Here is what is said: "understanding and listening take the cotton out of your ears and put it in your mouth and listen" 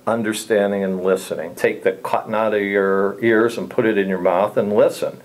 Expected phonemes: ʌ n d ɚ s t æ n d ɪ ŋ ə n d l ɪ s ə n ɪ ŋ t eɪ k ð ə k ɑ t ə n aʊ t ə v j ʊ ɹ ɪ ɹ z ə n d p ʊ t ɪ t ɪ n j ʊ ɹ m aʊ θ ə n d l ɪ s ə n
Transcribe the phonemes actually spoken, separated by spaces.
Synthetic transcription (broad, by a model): ʌ n d ɚ s t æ n d ɪ ŋ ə n l ɪ s ə n ɪ ŋ t eɪ k ð ə k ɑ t n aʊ t ə v j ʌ ɹ ɪ ɹ z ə n p ʊ t ɪ t ɪ n j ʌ ɹ m aʊ θ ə n l ɪ s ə n